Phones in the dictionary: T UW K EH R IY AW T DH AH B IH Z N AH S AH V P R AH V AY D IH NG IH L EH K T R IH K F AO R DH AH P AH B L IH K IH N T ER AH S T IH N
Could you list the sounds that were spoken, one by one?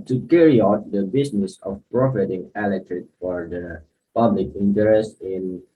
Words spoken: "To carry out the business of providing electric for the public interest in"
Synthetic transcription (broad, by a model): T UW K EH R IY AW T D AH B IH S N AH S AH F P R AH F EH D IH NG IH L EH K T R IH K F AO R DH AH P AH B L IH K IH N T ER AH S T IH N